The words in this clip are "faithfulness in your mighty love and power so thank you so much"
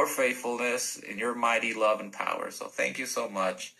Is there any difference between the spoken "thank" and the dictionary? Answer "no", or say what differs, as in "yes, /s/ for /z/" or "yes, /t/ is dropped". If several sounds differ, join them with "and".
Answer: no